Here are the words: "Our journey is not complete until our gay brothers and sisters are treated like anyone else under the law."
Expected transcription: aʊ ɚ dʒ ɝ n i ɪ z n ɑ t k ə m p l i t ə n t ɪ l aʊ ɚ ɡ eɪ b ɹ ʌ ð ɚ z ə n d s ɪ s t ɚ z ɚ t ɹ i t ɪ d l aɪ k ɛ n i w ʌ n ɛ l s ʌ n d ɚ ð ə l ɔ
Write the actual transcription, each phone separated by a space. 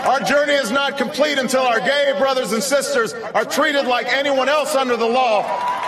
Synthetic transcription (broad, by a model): aʊ ɚ dʒ ɝ n i ɪ z n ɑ t k ə m p l i t ə n t ɪ l aʊ ɚ ɡ eɪ b ɹ ʌ ð ɚ z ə n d s ɪ s t ɚ z ɚ t ɹ i t ɪ d l aɪ k ɛ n i w ʌ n ɛ l s ʌ n d ɚ ð ə l ɔ